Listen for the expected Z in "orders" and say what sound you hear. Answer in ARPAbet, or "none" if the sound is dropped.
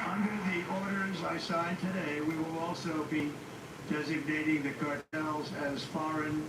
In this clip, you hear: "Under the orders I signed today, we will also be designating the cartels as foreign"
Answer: Z